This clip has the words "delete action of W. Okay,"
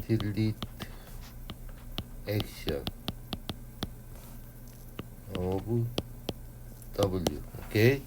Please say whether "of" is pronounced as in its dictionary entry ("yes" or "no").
no